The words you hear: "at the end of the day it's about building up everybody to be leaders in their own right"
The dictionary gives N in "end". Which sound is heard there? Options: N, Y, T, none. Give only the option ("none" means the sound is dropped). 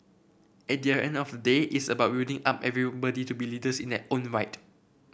N